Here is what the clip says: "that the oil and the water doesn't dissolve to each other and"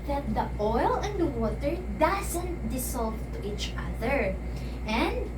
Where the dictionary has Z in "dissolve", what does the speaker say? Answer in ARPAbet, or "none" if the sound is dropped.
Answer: S